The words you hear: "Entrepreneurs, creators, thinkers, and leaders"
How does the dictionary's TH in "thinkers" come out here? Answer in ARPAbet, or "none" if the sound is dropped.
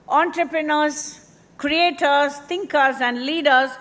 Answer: T